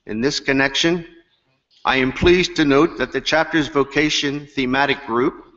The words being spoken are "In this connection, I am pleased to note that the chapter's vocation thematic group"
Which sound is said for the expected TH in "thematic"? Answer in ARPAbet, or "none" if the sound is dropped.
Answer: TH